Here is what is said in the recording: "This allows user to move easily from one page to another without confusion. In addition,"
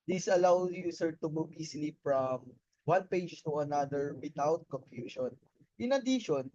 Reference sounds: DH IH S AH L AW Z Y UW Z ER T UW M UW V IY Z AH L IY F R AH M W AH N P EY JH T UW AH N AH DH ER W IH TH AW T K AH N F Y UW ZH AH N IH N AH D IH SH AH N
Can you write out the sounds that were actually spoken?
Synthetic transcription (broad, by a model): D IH S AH L AW Y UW S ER T UW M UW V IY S L IY F R AH M W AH N P EY JH T UW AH N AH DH ER W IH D AW T K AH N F Y UW SH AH N IH N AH D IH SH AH N